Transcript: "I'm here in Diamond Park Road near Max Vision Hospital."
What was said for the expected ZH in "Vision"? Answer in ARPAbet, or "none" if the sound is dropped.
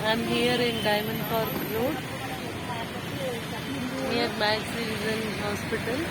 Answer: Z